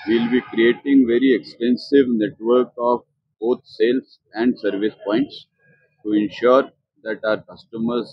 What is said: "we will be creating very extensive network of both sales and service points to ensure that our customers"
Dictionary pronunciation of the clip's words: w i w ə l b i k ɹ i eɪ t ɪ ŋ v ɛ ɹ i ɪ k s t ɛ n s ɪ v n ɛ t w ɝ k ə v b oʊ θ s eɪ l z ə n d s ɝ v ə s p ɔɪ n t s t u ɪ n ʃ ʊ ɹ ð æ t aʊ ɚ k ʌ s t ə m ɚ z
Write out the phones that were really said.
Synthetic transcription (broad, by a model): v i l b i k ɹ i eɪ t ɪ ŋ v ɛ ɹ i ɪ k s t ɛ n s ɪ v n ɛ t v ɝ k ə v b oʊ t s eɪ l s ə n d s ɝ v ə s p ɔɪ n t s t u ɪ n ʃ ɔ ɹ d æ t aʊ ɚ k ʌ s t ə m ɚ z